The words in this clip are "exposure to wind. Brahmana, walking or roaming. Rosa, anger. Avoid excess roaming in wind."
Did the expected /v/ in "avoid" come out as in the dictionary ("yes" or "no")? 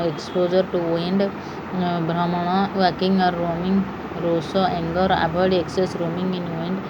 no